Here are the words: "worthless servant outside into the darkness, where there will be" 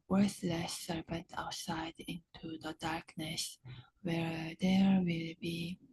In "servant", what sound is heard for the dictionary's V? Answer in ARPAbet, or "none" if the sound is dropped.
P